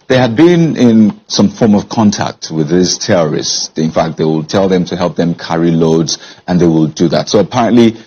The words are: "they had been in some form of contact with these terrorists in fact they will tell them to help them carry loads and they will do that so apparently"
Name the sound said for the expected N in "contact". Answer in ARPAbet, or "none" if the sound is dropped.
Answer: N